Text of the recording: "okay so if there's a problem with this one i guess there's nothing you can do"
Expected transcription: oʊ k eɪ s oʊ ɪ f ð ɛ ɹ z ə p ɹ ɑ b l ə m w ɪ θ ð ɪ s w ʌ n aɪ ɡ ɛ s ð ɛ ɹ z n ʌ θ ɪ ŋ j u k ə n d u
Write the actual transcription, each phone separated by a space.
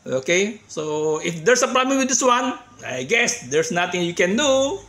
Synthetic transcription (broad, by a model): oʊ k eɪ s oʊ ɪ f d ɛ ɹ s ə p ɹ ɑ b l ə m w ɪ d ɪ s w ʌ n aɪ ɡ ɛ s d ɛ ɹ s n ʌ t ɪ ŋ j u k ə n d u